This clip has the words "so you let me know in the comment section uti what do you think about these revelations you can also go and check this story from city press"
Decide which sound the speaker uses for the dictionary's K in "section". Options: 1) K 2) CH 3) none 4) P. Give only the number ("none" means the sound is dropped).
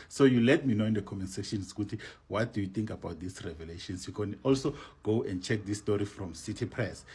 3